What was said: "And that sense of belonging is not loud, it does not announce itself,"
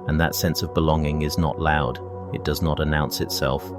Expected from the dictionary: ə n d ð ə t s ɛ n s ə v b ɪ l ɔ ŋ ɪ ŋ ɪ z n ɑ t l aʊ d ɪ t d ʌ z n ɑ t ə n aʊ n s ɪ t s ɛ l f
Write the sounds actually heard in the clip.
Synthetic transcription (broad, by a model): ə n ð ə t s ɛ n s ə v b ɪ l ɔ ŋ ɪ ŋ ɪ z n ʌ t l aʊ d ɪ t d ʌ z n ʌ t ə n aʊ n s ɪ t s ɛ l f